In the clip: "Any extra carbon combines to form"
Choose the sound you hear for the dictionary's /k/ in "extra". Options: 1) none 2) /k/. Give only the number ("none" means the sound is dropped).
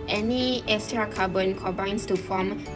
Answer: 1